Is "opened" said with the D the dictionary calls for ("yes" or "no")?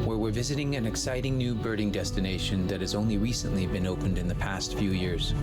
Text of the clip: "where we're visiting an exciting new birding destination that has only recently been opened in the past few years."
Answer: yes